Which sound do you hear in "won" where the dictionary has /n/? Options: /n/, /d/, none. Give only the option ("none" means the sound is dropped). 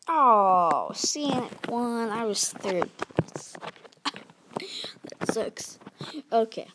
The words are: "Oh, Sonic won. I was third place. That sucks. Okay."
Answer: /n/